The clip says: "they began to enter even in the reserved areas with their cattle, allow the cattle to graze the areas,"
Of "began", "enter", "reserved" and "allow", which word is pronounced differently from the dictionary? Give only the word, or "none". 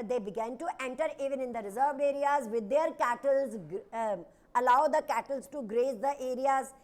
reserved